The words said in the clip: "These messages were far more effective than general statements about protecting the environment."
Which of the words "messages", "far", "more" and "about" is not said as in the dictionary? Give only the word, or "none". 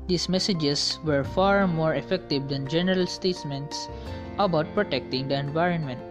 messages